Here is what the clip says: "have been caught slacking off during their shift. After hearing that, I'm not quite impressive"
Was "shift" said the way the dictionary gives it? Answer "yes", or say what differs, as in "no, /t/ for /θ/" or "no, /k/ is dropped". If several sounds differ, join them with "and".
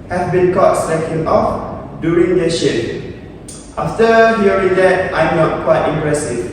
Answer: no, /p/ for /f/